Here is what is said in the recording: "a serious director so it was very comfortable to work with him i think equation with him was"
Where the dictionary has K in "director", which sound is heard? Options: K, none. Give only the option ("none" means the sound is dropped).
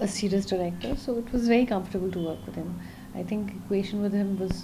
K